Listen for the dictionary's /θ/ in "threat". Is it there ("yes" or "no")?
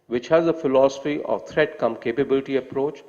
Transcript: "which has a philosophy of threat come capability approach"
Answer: no